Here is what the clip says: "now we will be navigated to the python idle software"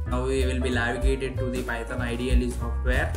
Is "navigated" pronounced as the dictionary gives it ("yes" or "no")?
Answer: no